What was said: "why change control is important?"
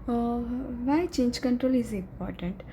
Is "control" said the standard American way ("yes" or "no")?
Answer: yes